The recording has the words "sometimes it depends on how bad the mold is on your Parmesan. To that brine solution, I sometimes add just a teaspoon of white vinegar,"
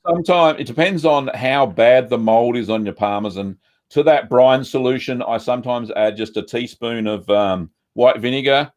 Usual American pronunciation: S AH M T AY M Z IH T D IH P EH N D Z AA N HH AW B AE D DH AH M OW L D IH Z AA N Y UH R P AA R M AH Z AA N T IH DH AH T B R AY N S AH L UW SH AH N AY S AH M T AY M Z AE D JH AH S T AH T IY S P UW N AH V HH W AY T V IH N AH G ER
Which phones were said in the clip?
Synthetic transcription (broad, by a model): S AH M T AY M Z IH T D IH P EH N D Z N HH AW B AE D DH AH M OW L D IH Z N Y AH R P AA R M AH Z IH N T IH DH AH T B R AY N S AH L UW SH AH N AY S AH M T AY M Z AE D JH AH S T AH T IY S P UW N AH V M W AY T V IH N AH G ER